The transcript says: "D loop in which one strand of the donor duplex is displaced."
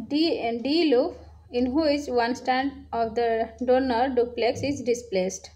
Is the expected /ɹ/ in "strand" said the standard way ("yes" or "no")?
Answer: no